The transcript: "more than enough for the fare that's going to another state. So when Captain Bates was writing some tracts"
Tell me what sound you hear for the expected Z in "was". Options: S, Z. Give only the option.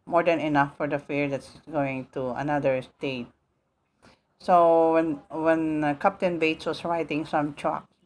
S